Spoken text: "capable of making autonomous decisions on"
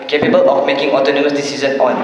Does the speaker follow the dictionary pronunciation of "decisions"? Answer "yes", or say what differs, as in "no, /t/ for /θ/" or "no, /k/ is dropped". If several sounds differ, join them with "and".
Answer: no, /z/ is dropped